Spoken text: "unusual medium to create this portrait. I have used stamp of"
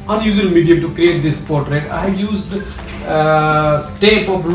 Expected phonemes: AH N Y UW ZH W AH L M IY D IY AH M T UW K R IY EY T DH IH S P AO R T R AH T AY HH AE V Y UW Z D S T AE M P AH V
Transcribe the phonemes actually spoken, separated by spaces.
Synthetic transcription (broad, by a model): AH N Y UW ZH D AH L M IY D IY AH T UW K R IY EY T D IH S P AO R T R AH T AY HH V Y UW Z D S T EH P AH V